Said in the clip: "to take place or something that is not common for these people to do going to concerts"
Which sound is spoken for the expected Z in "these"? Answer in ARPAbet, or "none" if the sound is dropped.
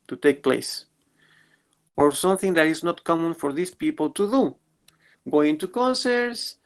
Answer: S